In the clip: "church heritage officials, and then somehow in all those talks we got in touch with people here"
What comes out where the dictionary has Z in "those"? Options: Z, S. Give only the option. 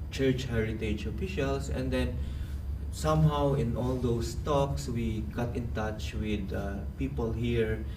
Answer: S